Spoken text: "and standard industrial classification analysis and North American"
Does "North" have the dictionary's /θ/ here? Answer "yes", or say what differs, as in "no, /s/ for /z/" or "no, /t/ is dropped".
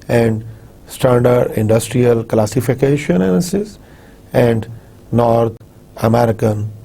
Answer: no, /t/ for /θ/